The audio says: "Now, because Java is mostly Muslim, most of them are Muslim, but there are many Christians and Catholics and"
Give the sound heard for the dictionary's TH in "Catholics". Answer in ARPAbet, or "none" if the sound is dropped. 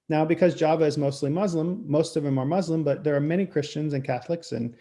TH